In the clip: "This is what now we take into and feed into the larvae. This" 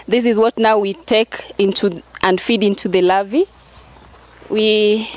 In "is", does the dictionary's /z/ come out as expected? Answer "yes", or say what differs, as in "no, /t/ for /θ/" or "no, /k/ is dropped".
yes